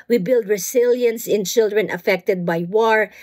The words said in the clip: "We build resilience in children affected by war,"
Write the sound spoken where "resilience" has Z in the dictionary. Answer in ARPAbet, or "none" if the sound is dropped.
S